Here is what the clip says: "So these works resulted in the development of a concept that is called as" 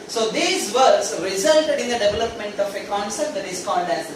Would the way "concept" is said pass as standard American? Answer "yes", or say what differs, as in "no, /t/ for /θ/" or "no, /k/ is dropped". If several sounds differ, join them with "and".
no, /p/ is dropped